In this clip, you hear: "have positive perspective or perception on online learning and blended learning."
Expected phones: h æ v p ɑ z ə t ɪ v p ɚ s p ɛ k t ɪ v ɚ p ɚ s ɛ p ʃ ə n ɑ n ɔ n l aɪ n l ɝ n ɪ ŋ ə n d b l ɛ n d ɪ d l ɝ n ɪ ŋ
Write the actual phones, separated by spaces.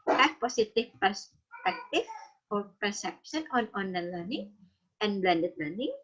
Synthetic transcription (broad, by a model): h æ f p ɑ s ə t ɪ f p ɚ s p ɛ k t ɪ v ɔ p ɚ s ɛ p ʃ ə n ɑ n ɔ n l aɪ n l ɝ n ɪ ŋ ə n b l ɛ n d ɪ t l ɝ n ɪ ŋ